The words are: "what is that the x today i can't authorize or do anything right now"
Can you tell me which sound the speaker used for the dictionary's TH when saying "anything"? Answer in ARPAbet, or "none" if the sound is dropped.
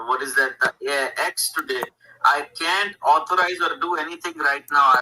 T